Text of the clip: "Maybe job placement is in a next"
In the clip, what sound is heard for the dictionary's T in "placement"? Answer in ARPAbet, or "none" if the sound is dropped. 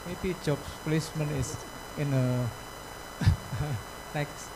none